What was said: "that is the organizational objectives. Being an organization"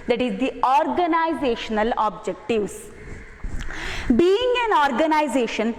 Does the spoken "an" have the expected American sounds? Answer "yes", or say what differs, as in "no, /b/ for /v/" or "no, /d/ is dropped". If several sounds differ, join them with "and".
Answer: yes